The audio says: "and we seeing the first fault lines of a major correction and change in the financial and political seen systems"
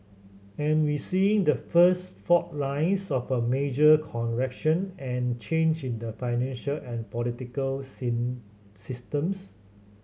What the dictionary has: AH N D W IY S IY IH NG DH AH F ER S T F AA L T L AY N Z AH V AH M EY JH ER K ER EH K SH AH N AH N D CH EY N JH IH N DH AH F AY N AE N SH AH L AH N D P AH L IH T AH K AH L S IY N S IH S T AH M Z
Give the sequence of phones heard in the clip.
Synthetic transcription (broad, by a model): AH N W IY S IY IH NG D AH F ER S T F AA T L AY N S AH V AH M EY JH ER K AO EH K SH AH N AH N CH EY N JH IH N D AH F AY N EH N SH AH L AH N P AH L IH T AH K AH L S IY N S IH S T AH M S